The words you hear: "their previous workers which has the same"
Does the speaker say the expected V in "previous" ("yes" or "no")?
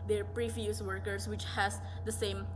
no